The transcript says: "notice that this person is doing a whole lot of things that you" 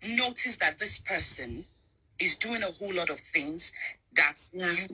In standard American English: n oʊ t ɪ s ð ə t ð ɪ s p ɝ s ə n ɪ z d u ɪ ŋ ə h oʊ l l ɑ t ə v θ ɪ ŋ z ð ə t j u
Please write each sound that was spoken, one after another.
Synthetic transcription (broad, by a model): n oʊ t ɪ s ð ə t ð ɪ s p ɝ s ə n ɪ z d u ɪ ŋ ə h oʊ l l ɑ t ə v θ ɪ ŋ z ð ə t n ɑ